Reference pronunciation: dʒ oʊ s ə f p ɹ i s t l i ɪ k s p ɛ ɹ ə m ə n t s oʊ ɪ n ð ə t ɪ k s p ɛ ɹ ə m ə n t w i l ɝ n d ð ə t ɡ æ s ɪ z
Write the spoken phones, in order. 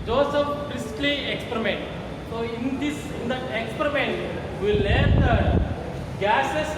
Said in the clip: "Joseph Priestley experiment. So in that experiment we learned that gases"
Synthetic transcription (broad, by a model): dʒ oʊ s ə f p ɹ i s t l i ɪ k s p ɹ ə m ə n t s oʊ ɪ n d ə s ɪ k s p ɹ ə m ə n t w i l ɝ d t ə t ɡ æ s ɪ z